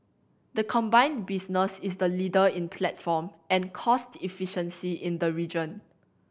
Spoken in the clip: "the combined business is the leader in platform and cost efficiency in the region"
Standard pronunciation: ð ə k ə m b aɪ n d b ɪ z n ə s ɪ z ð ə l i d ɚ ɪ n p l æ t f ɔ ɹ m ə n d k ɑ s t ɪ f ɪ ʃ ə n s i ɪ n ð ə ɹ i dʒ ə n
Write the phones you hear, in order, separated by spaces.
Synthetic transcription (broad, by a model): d ə k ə m b aɪ n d b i s n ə s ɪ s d ə l i d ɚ ɪ n p l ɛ t f ɔ m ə n k ɑ s t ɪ f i ʃ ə n s i ɪ n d ə ɹ i dʒ ə n